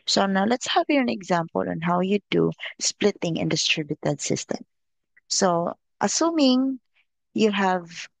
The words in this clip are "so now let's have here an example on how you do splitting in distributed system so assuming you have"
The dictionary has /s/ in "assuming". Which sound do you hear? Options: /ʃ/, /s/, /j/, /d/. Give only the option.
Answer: /s/